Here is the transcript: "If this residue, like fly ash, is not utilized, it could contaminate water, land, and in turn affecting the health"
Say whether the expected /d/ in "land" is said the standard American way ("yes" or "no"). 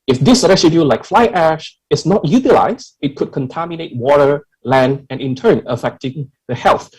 yes